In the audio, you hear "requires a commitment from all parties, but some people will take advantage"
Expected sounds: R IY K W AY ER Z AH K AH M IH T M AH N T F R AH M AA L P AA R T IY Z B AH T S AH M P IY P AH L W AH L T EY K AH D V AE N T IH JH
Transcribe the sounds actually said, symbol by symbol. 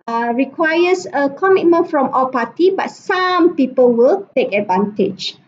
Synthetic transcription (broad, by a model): R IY K W AY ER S AH K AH M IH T M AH N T F R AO M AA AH P AA T IY B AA T S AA M P IY P AH L W AH L T EY K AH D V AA N T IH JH